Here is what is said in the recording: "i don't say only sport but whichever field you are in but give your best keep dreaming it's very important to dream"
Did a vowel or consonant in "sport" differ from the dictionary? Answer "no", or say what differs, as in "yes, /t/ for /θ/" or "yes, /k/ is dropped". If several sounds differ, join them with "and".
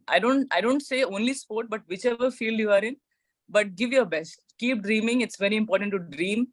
no